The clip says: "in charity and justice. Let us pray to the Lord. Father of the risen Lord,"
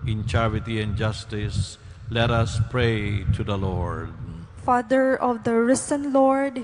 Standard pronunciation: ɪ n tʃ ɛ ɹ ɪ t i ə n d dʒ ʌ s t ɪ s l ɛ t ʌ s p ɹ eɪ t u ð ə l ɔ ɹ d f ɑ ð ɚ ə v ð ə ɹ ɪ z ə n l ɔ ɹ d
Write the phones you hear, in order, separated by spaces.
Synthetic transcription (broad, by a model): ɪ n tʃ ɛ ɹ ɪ t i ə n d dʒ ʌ s t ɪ s l ɛ t ʌ s p ɹ eɪ t u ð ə l ɔ ɹ d f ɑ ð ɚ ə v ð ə ɹ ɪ s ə n l ɔ ɹ d